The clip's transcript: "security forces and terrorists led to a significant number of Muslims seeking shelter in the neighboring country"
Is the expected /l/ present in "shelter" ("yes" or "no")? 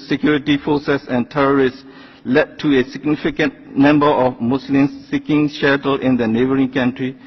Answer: no